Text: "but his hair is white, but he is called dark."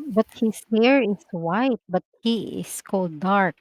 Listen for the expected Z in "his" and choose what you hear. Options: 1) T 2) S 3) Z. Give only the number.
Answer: 2